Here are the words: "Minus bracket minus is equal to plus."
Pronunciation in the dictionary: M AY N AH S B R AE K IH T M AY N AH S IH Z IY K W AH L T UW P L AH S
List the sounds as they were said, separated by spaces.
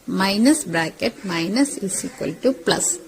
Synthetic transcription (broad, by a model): M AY N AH S B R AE K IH T M AY N AH S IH S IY K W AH L T UW P L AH S